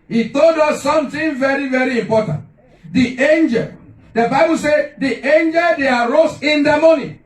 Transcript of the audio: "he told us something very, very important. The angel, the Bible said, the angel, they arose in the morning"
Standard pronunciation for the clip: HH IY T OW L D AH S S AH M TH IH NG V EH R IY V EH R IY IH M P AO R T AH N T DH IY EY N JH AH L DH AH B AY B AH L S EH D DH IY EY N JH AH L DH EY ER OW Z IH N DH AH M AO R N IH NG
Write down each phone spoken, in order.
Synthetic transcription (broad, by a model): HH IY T OW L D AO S S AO M T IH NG V EH R IY V EH R IY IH M P AO T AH N T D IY EY N JH AH L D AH B AY B AH L S EH D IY EY N JH AH L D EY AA OW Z IH N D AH M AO N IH